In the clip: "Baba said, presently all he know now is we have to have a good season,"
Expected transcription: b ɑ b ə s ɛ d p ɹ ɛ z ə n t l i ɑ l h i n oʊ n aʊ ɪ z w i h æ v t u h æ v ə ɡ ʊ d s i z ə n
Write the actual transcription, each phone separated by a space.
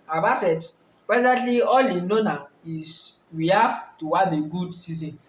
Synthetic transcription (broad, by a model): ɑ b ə s ɛ d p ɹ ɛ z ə t l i ɑ l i n oʊ n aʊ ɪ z w i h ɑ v t u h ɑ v ə ɡ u d s i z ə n